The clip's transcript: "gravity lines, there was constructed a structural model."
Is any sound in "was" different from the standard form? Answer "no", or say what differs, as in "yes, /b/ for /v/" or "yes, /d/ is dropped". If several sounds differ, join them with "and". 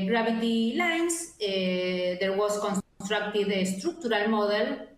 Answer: yes, /s/ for /z/